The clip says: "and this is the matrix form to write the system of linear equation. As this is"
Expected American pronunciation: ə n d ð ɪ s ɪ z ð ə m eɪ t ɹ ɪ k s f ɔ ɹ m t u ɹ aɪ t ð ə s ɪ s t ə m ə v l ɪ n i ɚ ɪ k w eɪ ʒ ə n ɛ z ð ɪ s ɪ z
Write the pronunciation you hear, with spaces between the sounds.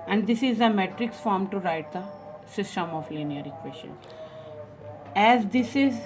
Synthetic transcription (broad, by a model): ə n d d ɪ s ɪ z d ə m eɪ t ɹ ɪ k s f ɔ ɹ m t u ɹ aɪ t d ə s ɪ s t ə m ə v l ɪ n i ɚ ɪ k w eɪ s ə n ɛ z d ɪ s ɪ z